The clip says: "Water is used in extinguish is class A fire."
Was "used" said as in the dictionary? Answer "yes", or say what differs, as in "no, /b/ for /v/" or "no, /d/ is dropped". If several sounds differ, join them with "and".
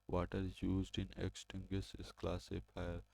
yes